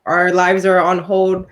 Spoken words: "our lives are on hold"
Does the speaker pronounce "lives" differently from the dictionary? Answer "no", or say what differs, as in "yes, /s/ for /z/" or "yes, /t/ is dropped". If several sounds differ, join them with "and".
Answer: no